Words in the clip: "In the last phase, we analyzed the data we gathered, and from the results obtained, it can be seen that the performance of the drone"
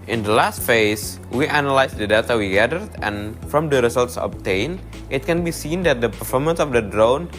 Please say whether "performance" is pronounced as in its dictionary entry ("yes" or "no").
yes